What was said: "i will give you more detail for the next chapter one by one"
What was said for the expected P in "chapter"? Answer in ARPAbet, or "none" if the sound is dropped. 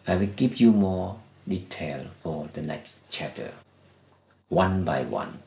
none